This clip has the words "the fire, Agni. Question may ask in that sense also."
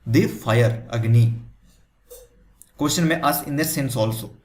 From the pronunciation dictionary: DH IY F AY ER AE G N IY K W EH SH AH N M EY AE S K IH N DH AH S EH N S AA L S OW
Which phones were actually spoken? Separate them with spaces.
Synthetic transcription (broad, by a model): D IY F AY ER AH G N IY K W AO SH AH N M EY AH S IH N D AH S EH N S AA L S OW